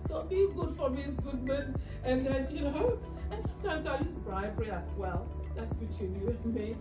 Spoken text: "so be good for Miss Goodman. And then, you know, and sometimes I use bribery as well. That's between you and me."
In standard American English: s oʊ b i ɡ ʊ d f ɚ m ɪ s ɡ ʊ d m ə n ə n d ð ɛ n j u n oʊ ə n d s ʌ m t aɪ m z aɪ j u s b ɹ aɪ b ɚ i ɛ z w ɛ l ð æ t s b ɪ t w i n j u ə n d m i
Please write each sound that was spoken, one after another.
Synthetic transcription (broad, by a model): s oʊ b i ɡ ʊ d f ɚ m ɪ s ɡ ʊ d m ə n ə n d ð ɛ n j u n oʊ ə n s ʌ m t aɪ m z aɪ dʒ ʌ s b ɹ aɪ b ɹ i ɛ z w ɛ l ð æ t s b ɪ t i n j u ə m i